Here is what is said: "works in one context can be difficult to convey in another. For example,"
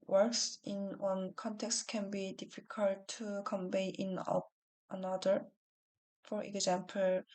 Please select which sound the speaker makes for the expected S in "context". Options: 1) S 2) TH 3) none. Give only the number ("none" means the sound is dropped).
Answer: 1